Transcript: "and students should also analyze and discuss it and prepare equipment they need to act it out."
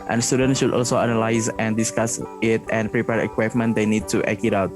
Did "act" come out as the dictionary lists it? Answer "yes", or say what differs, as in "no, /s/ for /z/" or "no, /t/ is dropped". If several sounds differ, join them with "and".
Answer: no, /t/ is dropped